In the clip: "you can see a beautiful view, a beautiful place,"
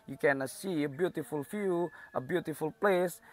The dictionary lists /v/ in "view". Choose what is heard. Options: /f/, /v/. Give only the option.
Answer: /f/